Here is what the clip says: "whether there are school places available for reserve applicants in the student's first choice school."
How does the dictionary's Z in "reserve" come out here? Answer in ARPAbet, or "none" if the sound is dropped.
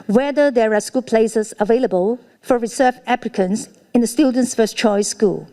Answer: S